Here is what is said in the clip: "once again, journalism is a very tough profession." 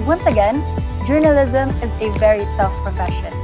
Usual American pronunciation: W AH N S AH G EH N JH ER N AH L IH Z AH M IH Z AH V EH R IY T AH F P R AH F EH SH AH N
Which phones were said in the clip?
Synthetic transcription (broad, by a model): W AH N S AH G EH N JH ER N AH L IH Z AH M IH Z AH V EH R IY S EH F P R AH F EH SH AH N